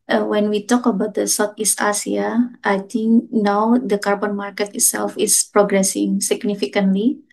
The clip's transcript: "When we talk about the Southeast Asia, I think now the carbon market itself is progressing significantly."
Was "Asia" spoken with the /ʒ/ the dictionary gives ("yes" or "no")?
no